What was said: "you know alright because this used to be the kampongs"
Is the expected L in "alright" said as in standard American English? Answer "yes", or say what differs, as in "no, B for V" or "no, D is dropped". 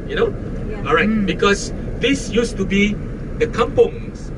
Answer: no, L is dropped